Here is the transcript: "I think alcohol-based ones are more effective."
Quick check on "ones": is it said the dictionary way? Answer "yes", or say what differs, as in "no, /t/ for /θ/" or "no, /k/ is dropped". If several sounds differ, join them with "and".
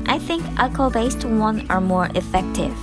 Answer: no, /z/ is dropped